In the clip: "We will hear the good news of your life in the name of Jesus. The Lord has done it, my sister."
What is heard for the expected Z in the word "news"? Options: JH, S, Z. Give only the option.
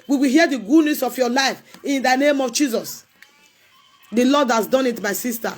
S